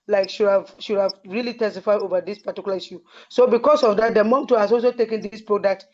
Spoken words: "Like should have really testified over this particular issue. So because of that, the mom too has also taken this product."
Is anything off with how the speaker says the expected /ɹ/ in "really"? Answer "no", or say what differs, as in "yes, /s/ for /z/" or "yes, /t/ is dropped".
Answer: no